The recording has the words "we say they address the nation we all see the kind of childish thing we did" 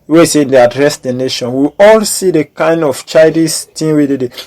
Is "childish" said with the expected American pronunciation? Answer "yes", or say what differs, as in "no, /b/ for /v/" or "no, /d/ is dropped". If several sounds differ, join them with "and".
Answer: no, /l/ is dropped